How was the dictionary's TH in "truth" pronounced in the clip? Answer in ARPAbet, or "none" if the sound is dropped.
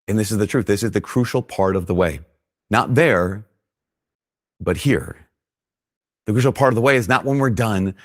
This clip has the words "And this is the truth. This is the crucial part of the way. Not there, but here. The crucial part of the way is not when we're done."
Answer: TH